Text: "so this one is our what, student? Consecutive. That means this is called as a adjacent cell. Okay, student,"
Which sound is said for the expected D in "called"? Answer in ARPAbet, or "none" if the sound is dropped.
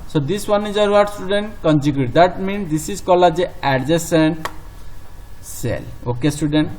none